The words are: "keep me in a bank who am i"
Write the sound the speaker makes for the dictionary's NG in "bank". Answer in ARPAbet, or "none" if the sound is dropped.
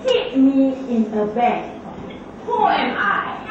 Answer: none